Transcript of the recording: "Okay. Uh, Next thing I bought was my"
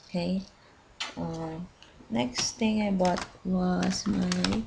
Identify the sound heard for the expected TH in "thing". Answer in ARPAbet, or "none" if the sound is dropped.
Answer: T